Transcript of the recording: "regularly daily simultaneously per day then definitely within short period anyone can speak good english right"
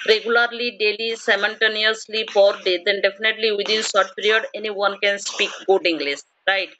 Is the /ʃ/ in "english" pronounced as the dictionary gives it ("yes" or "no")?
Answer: no